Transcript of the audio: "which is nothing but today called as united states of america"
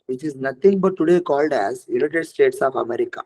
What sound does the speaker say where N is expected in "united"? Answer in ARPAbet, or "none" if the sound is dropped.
L